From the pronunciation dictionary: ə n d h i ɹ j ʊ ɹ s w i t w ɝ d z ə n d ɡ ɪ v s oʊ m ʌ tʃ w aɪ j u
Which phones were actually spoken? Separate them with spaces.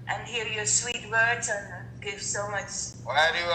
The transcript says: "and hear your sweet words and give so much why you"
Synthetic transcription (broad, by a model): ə n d h i ɹ j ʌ ɹ s w i t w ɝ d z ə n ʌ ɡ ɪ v s oʊ m ʌ tʃ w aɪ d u